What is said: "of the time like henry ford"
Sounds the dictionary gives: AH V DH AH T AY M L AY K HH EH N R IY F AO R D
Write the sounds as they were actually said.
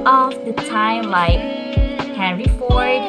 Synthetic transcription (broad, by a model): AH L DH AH T AY M L AY K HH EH R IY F AO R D